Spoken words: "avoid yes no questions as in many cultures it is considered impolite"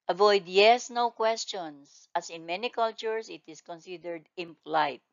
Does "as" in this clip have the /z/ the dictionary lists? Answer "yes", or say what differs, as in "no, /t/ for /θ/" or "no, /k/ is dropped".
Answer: no, /s/ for /z/